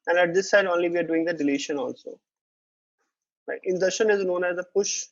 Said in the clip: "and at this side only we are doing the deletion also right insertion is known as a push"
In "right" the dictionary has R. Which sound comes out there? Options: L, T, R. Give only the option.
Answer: L